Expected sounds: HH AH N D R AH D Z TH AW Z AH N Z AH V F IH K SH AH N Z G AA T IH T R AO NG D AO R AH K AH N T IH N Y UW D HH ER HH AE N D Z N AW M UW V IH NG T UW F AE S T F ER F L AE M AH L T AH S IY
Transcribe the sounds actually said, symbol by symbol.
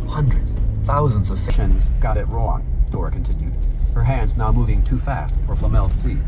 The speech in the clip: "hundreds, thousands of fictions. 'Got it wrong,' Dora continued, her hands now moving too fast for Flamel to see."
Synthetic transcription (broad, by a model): HH AH N D R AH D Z TH AW Z AH N Z AH V F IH SH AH N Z G AA T IH T R AO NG D AO R AH K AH N T IH N Y UW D HH ER HH AE N D Z N AW M UW V IH NG T UW F AE S T F ER F L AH M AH L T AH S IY